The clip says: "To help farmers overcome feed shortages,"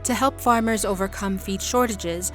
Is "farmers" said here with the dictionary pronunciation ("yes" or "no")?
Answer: yes